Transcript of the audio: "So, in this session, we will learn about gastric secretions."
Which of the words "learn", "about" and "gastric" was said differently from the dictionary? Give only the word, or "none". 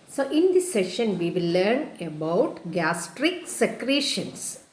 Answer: none